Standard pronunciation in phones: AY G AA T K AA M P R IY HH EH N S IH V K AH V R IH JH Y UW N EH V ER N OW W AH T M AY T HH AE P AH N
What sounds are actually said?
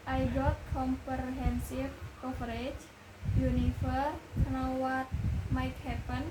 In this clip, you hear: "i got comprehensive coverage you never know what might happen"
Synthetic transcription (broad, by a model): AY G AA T K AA M P R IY HH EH N S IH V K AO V R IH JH Y UW N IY F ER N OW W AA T M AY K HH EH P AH N